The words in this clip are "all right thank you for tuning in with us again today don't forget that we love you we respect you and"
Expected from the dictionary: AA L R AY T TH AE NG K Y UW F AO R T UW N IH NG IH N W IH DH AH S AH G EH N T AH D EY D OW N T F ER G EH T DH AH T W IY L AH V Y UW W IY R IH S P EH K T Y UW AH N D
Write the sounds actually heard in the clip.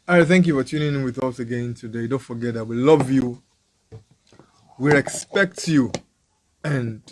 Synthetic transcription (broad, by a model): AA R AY TH AE NG K Y UW F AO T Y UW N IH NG W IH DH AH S AH G EH N T AH D EY D OW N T F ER G EH T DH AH T W IY L AH V Y UW W IY R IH S P EH K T Y UW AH N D